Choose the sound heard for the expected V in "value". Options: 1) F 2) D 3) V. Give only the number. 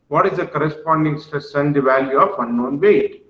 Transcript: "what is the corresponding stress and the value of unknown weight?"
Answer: 3